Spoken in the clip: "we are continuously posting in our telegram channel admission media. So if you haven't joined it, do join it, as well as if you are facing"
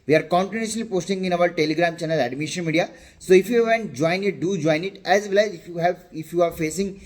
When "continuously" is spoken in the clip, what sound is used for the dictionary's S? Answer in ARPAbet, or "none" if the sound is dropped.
none